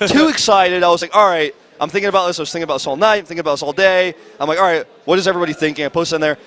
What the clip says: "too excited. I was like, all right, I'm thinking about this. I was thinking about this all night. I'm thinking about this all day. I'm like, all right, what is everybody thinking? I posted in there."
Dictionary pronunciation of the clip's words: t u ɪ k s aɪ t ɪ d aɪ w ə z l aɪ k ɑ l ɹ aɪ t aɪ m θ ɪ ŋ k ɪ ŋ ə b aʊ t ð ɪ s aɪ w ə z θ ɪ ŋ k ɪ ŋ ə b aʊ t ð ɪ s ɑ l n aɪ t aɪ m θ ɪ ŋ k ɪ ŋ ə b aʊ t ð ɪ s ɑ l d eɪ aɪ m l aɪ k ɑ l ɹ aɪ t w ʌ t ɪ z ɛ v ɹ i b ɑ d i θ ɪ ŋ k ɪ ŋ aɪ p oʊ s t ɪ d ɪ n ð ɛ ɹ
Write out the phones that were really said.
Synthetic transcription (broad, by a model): t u ɪ k s aɪ t ɪ d aɪ w ə z l aɪ k ɑ l ɹ aɪ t aɪ m θ ɪ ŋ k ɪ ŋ ə b aʊ t ð ɪ s aɪ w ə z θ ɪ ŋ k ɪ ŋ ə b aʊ t ð ɪ s ɑ l n aɪ t aɪ m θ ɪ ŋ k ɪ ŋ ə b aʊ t ð ɪ s ɑ l d eɪ aɪ m l aɪ k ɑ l ɹ aɪ t w ʌ t ɪ z ɛ v ɹ i b ɑ d i θ ɪ ŋ k ɪ ŋ aɪ p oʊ t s ɪ n ð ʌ ɹ